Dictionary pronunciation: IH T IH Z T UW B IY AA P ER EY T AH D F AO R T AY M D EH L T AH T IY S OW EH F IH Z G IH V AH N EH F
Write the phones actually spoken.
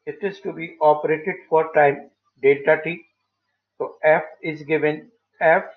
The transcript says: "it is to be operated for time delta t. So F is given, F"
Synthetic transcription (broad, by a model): IH T IH Z T UW B IY AA P ER EY T AH D F AO R T AY M D EH T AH T IY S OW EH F IH Z G IH V AH N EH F